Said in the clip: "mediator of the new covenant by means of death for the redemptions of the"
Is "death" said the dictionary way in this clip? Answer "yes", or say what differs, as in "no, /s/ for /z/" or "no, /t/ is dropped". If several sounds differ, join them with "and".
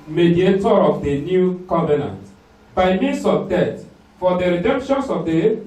no, /t/ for /θ/